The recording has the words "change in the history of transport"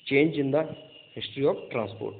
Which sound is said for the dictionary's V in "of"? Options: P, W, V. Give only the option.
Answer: P